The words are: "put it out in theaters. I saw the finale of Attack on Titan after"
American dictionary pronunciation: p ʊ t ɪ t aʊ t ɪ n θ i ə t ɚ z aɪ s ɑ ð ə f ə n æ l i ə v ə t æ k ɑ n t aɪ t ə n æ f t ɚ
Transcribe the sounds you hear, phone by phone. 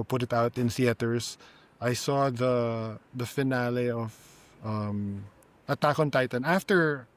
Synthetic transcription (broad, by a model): p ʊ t ɪ t aʊ t ɪ n s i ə t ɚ s aɪ s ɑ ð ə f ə n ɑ l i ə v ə t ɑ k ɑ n t aɪ t ə n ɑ f t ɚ